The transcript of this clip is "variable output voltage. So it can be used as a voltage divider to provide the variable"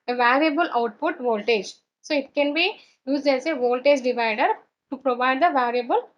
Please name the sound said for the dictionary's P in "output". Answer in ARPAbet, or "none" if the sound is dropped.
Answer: P